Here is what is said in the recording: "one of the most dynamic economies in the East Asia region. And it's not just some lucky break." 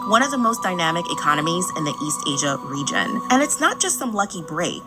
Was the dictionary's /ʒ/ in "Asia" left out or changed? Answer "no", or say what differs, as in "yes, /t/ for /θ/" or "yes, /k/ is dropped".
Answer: no